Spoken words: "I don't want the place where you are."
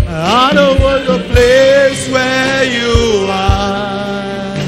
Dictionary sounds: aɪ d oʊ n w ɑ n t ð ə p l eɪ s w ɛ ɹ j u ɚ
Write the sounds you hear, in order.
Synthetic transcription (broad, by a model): aɪ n oʊ w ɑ t ð ə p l eɪ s w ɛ j u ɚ